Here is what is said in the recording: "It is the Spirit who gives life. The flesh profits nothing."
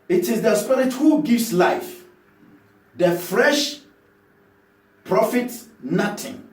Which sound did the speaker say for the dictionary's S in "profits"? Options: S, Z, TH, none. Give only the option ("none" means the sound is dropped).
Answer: S